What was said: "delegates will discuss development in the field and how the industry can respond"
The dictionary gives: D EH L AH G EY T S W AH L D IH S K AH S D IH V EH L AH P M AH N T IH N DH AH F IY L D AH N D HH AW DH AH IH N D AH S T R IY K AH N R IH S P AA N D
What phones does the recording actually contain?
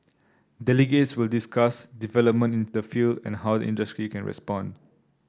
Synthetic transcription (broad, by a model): D EH L AH G EY T S W AH L D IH S K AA S D IH V EH L AH P M AH N T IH N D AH F IY L D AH N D HH AW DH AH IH N D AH S T R IY K AH N R IH S P AA N D